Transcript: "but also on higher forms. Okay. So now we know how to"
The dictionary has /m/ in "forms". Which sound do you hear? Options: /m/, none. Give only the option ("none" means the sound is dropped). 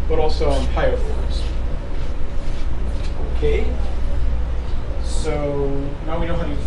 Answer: none